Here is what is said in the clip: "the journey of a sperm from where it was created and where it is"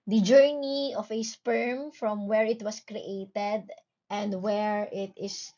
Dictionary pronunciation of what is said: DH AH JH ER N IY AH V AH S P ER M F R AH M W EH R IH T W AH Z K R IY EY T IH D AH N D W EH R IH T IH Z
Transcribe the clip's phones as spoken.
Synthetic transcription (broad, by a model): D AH JH ER N IY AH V AH S P ER M F R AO M W EH R IH T W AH S K R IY EY T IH D AH N D W EH R IH T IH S